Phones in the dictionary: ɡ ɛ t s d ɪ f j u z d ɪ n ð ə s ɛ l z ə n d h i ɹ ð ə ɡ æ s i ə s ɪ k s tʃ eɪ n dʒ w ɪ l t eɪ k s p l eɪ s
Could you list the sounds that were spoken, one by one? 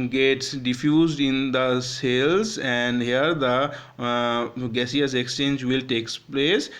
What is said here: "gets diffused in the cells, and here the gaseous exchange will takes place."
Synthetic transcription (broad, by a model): ɡ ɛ t s d ɪ f j u z d ɪ n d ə s ɛ l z ə n d h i ɹ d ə ɡ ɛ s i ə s ɪ k s tʃ eɪ n dʒ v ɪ l t eɪ k s p l eɪ s